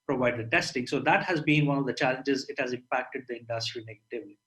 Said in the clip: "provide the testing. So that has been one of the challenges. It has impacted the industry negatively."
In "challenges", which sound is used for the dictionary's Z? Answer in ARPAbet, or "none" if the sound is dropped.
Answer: Z